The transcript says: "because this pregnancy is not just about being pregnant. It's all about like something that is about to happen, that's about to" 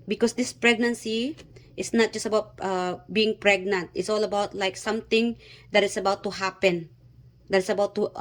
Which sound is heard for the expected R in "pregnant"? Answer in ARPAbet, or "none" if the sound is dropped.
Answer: R